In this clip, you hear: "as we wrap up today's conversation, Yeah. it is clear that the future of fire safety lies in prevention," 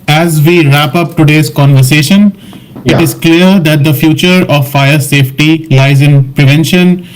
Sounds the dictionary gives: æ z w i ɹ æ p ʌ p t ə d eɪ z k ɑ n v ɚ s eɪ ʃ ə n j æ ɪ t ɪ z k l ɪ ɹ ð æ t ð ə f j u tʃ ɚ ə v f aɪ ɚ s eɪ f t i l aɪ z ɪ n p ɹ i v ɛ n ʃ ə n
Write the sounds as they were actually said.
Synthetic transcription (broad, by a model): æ z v i ɹ æ p ʌ p t ə d eɪ z k ɑ n v ɚ s eɪ ʃ ə n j ɪ t ɪ z k l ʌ ɹ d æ t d ə f j u tʃ ɚ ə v f aɪ ɚ s eɪ f t i l aɪ z ɪ n p ɹ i v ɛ n ʃ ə n